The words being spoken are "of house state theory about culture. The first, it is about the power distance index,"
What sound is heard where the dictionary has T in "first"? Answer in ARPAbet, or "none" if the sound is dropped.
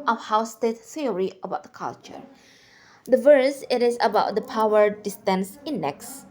none